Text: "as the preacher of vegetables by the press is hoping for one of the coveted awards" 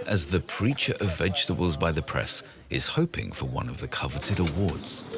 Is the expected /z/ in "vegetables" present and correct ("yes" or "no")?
yes